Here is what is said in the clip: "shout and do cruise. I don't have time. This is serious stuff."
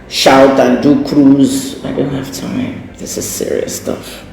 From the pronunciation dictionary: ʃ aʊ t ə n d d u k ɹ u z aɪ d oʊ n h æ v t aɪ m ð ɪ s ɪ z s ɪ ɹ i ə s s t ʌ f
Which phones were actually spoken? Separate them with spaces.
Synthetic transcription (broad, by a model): ʃ aʊ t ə n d d u k ɹ u z aɪ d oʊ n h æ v t aɪ m ð ɪ s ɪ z s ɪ ɹ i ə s s t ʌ f